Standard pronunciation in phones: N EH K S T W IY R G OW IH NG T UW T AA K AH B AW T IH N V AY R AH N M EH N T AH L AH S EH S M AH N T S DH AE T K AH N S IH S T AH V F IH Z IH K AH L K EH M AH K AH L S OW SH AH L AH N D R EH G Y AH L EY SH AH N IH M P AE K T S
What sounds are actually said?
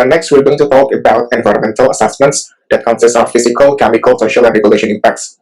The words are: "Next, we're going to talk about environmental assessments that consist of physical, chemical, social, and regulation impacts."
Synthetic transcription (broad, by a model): N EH K S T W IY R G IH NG T UW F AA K AH B AW T IH N V AY R AH N M EH N T AH L AH S EH S M AH N T S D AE T K AH N S IH S T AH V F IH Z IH K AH L K EH M AH K AH L S OW SH AH L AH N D R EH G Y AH L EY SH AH N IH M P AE K T S